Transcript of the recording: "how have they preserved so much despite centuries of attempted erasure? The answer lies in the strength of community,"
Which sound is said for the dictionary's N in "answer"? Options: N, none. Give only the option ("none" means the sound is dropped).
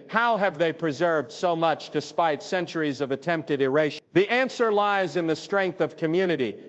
N